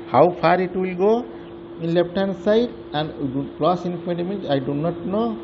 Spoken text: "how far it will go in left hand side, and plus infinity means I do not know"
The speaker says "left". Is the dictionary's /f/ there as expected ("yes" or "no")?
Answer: no